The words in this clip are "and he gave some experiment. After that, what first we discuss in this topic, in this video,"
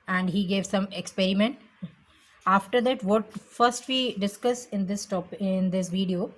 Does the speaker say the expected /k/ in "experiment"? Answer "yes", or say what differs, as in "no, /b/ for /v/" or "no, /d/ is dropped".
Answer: yes